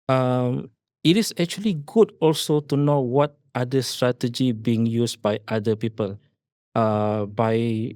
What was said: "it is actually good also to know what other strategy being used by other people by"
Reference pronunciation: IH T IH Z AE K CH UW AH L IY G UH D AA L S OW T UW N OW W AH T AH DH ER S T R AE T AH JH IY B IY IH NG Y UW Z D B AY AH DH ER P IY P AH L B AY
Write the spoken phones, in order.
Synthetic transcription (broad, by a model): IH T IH S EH K CH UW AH L IY G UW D AA L S OW T UW N OW W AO T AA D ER S T R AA T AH JH IY B IY IH NG Y UW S B AY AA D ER P IY P AH L B AY